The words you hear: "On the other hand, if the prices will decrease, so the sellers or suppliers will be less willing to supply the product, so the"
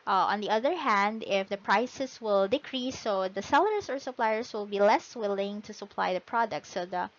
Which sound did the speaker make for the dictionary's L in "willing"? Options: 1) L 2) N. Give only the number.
1